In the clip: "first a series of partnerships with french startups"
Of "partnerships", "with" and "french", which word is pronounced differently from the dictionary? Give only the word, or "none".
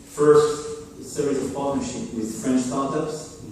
partnerships